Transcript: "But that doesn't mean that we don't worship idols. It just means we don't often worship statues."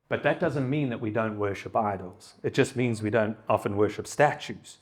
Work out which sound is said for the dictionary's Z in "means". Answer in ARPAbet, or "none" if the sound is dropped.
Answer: Z